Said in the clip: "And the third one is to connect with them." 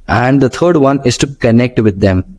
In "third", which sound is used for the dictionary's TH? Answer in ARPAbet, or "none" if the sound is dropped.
T